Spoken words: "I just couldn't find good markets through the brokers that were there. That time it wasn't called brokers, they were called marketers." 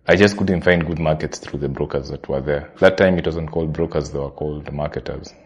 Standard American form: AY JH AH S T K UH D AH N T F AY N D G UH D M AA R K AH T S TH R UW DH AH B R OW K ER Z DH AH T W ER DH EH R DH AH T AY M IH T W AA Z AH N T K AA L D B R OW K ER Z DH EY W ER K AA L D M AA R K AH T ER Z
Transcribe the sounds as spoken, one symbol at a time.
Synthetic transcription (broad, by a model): AY JH AH S T K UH D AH N T F AY N D G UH D M AA R K AH T S TH R UW DH AH B R OW K ER Z DH AH T W ER DH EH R DH AH T AY M IH T W AA Z AH N T K AA L D B R OW K ER Z DH EY W ER K AA L D M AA R K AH T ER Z